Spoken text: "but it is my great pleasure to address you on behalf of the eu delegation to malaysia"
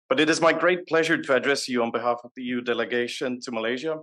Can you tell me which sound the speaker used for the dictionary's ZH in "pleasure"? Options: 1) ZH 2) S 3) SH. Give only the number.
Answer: 1